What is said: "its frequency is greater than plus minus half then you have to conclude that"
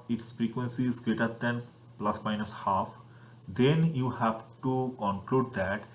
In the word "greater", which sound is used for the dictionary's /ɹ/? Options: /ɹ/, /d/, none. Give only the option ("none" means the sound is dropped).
none